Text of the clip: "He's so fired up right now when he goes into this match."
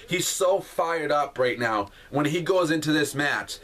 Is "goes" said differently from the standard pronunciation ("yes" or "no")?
no